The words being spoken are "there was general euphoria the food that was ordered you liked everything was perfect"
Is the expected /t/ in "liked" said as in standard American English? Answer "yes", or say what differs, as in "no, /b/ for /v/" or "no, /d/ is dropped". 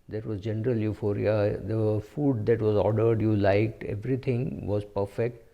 yes